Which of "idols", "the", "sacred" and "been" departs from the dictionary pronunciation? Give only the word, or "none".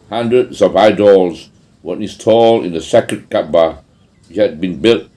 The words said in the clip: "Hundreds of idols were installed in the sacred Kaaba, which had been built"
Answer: sacred